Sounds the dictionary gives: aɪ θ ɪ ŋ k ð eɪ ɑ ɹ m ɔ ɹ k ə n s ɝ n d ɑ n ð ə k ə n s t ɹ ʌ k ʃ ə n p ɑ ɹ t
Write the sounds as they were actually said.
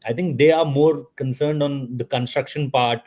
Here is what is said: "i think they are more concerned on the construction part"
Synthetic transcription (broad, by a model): aɪ t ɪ ŋ k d eɪ ɑ ɹ m ɔ ɹ k ə n s ɝ n d ɑ n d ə k ə n s t ɹ ʌ k ʃ ə n p ɑ ɹ t